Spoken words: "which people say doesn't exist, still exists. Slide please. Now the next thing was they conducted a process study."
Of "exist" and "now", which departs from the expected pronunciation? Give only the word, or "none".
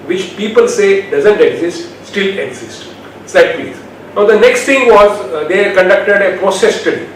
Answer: none